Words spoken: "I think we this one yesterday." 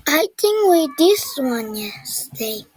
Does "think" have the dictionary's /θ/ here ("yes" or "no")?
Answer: no